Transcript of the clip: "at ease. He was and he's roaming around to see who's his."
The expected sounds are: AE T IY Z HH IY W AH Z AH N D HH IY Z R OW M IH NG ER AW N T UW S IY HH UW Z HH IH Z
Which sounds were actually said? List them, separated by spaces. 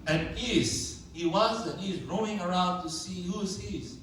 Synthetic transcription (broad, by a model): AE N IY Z HH IY W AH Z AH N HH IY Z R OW IH NG ER AW N T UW S IY HH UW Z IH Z